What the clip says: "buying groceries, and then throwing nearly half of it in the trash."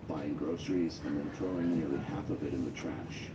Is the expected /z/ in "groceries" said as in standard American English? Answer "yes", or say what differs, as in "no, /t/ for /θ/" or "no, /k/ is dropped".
yes